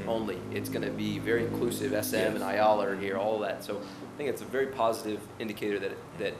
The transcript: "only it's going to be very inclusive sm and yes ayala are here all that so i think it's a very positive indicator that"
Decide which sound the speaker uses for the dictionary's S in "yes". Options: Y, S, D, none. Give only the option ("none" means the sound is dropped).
none